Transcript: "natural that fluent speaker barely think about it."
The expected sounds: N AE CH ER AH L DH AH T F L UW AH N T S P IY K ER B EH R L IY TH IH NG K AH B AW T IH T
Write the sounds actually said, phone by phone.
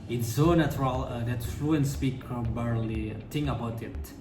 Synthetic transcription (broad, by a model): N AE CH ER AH L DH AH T F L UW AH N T S P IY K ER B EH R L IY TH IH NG AH B AW T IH T